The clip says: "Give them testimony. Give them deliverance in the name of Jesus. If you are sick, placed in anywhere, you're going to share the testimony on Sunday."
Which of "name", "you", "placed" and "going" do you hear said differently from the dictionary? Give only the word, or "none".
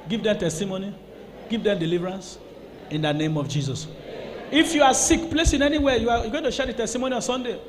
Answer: placed